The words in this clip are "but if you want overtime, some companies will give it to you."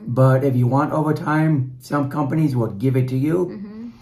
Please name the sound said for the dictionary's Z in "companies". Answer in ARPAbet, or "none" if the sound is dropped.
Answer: Z